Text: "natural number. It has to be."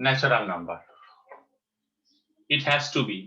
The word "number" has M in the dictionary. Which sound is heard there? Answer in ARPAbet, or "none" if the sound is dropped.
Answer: M